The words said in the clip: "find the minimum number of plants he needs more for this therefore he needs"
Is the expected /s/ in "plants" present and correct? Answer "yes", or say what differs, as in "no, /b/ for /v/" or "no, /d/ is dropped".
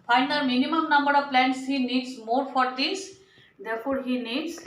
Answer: yes